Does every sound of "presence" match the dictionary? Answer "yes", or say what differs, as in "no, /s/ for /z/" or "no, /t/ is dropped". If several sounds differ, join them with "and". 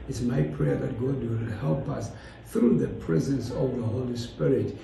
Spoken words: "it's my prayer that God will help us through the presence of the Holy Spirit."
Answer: yes